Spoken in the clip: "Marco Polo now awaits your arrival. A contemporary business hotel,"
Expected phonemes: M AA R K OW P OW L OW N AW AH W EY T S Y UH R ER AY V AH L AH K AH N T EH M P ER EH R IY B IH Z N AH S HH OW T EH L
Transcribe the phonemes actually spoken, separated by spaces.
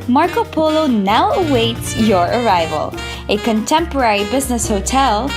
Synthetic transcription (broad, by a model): M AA R K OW P OW L OW N AW AH W EY T S Y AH R ER AY V AH L AH K AH N T EH M P ER EH R IY B IH Z N AH S HH OW T EH L